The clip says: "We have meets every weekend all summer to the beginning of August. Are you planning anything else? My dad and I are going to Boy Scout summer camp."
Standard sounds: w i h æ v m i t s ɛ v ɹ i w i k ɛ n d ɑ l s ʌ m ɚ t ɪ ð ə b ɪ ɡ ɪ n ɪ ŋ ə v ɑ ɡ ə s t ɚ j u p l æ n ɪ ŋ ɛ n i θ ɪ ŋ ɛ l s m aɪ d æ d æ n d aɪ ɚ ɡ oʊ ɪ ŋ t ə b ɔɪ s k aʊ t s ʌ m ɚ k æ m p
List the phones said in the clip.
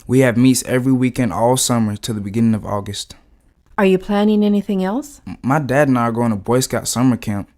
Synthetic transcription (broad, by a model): w i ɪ v m i t s ɛ v ɹ i w i k ɛ n d ɑ l s ʌ m ɚ t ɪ ð ə b ɪ ɡ ɪ n ɪ ŋ ə v ɑ ɡ ə s t ɚ j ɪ p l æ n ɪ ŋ ɛ n i θ ɪ ŋ ɛ l s m aɪ d æ d n aɪ ɚ ɡ oʊ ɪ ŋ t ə b ɔɪ s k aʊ t s ʌ m ɚ k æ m